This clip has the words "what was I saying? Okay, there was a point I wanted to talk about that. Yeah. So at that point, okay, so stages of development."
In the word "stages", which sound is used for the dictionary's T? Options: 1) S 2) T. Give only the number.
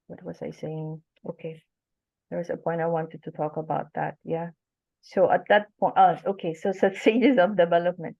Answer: 1